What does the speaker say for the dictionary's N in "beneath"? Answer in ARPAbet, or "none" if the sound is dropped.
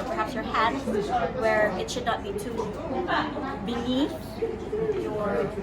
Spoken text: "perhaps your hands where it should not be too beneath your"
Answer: L